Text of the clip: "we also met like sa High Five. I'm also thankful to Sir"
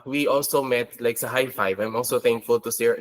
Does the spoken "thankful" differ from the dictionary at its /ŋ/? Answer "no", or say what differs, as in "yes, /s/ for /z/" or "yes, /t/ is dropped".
no